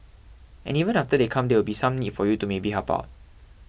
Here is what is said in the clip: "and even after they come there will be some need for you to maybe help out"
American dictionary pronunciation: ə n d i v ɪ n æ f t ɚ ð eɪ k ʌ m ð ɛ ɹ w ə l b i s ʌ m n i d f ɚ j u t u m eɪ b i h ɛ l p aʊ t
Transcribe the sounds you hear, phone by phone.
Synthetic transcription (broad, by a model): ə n i v ɪ n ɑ f t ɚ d eɪ k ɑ m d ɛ w ə l b i s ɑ m n i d f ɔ j u t u m eɪ b i h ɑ p aʊ t